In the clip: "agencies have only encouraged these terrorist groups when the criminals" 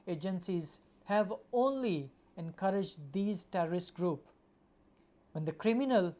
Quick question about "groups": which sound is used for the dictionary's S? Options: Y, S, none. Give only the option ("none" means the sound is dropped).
none